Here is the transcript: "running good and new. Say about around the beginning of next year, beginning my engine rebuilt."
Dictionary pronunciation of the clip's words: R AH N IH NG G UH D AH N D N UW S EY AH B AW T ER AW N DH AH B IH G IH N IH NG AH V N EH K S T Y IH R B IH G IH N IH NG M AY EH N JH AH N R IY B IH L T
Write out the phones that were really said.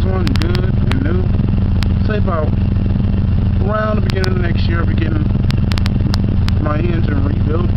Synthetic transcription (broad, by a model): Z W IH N G UH D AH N N UW S EY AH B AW ER AW N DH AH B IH G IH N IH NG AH N EH K S T Y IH R B IH G IH N IH NG M AY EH N Z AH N R IY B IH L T